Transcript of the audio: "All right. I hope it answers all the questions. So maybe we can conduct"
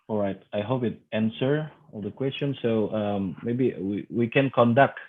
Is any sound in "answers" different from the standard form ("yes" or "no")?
yes